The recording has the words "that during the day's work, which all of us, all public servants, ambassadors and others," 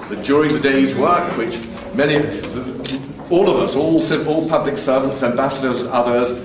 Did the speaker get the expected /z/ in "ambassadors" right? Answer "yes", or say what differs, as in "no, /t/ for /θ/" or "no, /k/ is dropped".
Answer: yes